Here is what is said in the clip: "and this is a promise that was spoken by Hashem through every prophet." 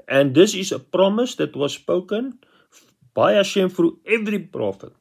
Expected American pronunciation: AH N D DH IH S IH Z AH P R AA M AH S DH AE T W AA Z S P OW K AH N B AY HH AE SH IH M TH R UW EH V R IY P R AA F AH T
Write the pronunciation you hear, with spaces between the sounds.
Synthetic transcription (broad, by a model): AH N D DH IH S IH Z AH P R AA M AH S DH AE T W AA S P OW K AH N B AY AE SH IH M F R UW EH V R IY P R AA F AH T